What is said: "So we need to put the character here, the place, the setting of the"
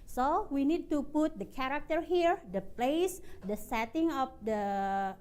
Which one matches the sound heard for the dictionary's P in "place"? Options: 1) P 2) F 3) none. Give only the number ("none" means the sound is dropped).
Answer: 1